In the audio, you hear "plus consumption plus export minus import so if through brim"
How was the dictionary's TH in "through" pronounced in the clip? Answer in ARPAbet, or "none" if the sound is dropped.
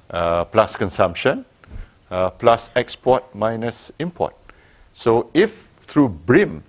T